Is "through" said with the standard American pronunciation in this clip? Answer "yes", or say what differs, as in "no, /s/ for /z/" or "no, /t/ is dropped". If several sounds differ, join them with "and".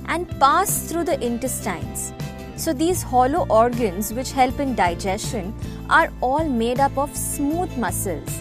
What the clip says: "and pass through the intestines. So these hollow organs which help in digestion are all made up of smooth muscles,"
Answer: no, /t/ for /θ/